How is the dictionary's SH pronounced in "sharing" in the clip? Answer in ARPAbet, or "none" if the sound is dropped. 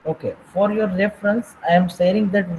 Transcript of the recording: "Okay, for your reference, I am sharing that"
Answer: S